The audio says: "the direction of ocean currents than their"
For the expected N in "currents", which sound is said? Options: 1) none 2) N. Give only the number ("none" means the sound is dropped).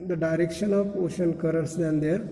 1